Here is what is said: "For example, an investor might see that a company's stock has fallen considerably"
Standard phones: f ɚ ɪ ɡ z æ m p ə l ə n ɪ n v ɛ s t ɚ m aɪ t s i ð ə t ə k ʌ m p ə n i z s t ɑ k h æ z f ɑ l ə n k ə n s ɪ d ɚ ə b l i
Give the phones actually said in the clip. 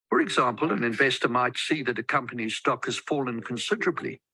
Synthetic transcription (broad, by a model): f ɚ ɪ ɡ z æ m p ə l ə n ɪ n v ɛ s t ɚ m aɪ t s i ð ə t ə k ʌ m p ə n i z s t ɑ k h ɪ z f ɑ l ə n k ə n s ɪ d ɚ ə b l i